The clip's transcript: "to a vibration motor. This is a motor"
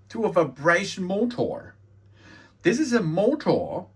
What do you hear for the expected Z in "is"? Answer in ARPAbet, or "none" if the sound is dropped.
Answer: Z